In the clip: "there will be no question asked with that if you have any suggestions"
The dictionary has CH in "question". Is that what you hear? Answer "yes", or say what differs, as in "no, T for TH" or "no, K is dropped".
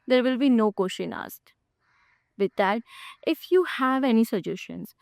no, SH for CH